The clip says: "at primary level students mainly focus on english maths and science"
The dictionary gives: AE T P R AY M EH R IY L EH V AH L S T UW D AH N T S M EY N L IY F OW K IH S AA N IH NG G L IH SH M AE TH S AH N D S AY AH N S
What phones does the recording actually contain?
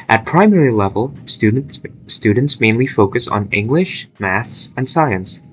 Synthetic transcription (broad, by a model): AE T P R AY M EH R IY L EH V AH L S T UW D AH N T S M EY N L IY F OW K IH S N IH NG G L IH SH M AE TH S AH N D S AY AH N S